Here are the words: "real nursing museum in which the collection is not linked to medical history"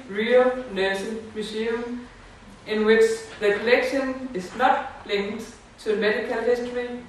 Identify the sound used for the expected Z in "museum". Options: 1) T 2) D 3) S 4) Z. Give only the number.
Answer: 3